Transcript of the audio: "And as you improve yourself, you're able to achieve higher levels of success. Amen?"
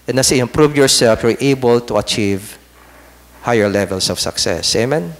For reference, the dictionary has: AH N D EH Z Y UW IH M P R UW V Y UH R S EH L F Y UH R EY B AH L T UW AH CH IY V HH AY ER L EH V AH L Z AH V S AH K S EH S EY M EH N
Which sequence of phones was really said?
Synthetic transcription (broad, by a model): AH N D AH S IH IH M P R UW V Y UH R S EH L F Y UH R EY B AH L T UW AH CH IY V HH AY ER L EH V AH L S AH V S AH K S EH S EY M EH N